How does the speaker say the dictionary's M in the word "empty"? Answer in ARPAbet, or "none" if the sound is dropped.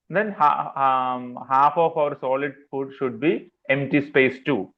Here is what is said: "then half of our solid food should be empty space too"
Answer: M